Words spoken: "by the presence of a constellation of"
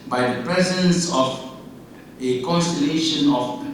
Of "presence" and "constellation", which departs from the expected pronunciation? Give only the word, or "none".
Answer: none